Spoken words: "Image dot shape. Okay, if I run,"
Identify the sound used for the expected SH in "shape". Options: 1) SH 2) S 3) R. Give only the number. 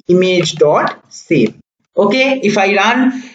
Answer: 2